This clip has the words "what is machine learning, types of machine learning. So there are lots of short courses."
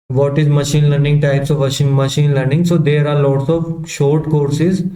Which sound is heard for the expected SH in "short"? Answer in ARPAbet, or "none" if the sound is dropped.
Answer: SH